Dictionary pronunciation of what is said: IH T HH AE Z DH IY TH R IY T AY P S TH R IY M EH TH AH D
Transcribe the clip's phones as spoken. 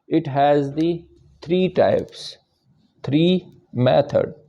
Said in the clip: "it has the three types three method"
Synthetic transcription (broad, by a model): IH T HH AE Z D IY T R IY T AY P S T R IY M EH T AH D